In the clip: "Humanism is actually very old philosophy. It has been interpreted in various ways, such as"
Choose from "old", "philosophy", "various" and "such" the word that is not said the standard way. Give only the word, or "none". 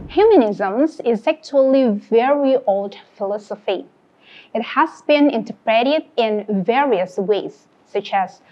none